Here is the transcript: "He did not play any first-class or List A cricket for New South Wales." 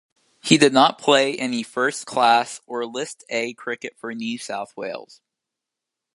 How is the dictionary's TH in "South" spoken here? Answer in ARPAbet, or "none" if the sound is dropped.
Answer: TH